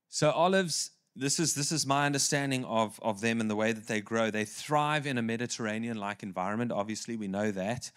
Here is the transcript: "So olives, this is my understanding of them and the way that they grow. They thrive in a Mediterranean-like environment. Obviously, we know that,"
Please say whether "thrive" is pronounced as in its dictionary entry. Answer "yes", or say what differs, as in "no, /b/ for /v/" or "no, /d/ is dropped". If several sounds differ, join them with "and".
yes